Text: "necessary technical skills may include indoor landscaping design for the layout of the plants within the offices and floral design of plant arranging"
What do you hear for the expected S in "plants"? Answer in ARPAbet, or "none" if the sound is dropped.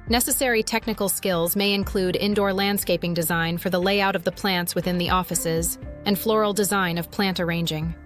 S